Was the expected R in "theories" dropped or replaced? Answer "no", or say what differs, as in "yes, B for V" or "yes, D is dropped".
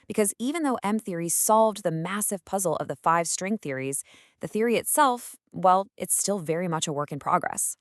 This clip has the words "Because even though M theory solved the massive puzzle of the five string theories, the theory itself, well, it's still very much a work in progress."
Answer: no